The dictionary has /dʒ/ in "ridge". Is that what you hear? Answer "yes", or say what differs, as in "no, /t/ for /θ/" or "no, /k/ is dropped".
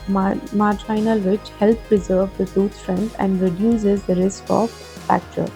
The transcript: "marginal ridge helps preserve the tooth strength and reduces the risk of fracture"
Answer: no, /tʃ/ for /dʒ/